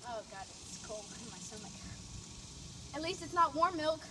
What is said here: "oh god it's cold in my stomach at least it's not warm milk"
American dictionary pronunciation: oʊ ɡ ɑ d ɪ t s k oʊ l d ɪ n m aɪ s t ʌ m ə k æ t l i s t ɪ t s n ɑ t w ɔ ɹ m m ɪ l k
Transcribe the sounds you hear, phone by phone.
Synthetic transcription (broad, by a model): oʊ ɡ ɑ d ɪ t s k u l ɪ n m aɪ s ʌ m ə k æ t l i s t ɪ t s n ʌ t w ɔ ɹ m m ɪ l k